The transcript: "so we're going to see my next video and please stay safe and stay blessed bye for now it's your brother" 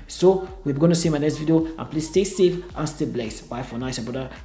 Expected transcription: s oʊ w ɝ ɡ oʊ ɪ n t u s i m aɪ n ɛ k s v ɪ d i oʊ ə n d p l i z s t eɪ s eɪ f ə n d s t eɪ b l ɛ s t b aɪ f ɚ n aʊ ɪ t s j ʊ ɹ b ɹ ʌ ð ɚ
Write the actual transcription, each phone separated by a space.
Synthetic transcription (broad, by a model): s oʊ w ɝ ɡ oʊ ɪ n t u s i m aɪ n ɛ s v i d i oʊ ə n p l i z s t eɪ s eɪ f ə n s t eɪ b l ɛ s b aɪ f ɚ n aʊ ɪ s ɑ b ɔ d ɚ